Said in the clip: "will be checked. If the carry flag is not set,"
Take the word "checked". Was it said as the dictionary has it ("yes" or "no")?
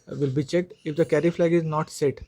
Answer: yes